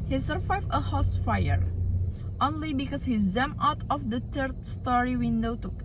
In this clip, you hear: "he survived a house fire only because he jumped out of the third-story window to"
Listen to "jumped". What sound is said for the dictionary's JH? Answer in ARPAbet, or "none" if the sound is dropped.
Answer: Z